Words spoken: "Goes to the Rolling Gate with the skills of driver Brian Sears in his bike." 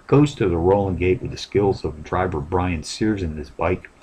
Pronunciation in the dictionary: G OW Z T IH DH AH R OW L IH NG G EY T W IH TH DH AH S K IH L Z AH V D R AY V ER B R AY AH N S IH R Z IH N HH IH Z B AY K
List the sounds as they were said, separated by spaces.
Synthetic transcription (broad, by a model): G OW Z T IH DH AH R OW L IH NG G EY T W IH DH AH S K IH L Z AH V D R AY V ER B R AY AH N S IH R Z IH N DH IH S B AY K